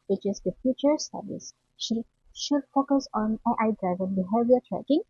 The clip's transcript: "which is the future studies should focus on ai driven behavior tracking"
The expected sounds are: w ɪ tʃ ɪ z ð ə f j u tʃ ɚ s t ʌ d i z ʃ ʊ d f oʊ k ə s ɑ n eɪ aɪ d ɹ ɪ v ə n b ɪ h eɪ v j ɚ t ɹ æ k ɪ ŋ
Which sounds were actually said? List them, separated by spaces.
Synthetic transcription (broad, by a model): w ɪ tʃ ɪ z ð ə f j u tʃ ɚ s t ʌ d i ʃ ʃ ʊ d f oʊ k ə s ɑ n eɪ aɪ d ɹ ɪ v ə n b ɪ h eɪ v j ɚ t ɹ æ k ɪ ŋ